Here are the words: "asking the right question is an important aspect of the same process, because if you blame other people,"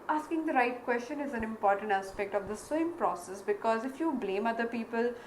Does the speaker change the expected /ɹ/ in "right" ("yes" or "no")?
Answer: no